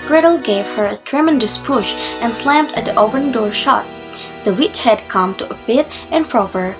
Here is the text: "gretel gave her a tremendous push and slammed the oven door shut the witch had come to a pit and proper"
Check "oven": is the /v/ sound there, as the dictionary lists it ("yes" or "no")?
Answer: no